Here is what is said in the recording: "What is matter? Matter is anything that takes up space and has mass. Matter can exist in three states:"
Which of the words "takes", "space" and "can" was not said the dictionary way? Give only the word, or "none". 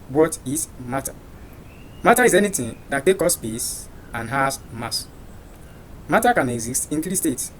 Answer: takes